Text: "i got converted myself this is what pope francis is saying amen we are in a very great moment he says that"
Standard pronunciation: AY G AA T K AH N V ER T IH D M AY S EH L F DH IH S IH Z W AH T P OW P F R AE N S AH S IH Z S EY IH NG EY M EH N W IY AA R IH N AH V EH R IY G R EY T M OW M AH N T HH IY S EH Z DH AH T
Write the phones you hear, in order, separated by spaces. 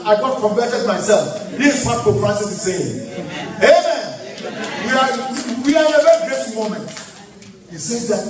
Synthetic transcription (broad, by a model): AY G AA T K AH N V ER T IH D M AY S EH L F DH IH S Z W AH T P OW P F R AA S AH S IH S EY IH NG EY M EH N W IY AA W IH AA AH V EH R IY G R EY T M OW M AH N T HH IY S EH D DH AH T